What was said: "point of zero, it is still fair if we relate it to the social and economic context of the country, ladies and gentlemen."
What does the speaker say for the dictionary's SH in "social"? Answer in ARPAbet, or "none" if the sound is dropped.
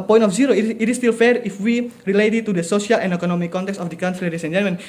S